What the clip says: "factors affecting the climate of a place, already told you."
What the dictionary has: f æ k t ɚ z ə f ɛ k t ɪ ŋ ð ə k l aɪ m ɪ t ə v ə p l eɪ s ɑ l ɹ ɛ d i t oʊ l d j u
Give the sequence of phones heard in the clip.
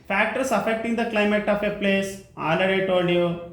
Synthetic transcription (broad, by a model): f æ k t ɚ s ə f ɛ k t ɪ ŋ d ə k l aɪ m ɪ t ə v ə p l eɪ s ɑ l ʌ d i t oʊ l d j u